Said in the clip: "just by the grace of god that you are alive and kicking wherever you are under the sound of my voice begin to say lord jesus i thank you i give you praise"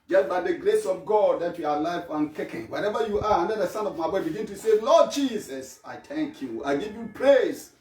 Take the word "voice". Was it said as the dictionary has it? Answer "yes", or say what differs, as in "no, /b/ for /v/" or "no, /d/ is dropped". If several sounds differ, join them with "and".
no, /b/ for /v/ and /s/ is dropped